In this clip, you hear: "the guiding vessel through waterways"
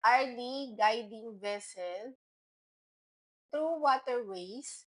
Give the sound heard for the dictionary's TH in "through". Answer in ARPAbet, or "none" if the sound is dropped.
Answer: T